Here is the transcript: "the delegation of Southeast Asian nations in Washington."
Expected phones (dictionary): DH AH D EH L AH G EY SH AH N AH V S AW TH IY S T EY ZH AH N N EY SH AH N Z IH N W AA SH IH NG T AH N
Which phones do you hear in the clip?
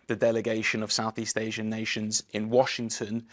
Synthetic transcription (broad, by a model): DH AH D EH L AH G EY SH AH N AH V S AW TH IY S T EY ZH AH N N EY SH AH N Z IH N W AA SH IH NG T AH N